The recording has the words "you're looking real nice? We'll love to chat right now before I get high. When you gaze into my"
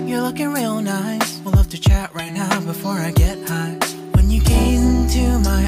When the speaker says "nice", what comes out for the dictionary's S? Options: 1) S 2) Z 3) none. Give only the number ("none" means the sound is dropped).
3